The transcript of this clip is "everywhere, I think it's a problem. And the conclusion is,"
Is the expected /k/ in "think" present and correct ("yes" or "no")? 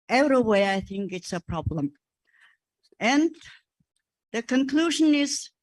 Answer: yes